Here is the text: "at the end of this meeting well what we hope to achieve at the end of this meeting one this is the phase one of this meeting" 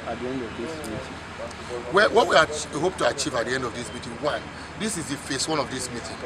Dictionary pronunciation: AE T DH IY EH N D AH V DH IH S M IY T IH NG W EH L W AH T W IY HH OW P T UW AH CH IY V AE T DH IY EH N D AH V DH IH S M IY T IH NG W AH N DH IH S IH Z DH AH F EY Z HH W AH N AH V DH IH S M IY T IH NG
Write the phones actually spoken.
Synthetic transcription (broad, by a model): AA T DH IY EH N D AH V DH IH S M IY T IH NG W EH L W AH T W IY HH OW P T UW AH CH IY V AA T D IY EH N D AH V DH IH S M IY T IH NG W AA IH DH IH S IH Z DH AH F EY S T W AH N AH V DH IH S M IY T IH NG